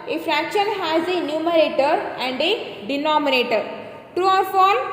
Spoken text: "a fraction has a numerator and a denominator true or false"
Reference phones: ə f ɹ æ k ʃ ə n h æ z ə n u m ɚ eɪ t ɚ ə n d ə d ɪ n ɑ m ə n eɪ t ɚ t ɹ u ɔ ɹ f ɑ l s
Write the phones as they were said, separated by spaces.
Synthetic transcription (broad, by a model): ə f ɹ æ k ʃ ə n h æ z ə n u m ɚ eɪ t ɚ ə n d ə d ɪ n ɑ m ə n eɪ t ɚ t ɹ u ɔ ɹ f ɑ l